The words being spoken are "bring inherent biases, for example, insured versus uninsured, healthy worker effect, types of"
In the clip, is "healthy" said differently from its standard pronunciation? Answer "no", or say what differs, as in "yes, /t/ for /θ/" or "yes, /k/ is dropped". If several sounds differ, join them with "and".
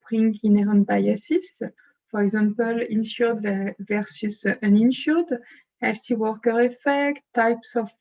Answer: yes, /s/ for /θ/